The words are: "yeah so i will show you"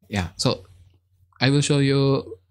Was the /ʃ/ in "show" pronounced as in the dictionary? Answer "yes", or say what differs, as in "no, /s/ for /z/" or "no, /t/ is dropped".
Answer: yes